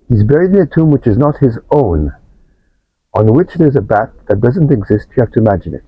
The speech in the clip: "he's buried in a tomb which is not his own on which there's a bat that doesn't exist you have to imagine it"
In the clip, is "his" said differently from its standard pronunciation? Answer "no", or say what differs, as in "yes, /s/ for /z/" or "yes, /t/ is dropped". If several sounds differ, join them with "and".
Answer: no